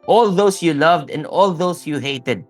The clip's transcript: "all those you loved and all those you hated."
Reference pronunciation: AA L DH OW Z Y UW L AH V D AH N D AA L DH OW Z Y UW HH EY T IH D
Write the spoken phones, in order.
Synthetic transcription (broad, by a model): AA L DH OW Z Y UW L AH V D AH N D AA L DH OW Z Y UW HH EY T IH D